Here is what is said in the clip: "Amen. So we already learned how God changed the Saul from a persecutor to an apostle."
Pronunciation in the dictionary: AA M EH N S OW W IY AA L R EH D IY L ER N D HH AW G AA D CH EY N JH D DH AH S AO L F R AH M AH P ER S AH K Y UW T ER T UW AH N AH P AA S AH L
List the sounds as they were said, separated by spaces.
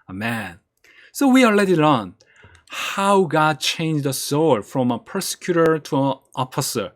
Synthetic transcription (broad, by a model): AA M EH N S OW W IY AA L EH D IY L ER N HH AW G AA D CH EY N JH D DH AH S AO L F R AH M AH P ER S AH K Y UW T ER T UW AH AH P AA S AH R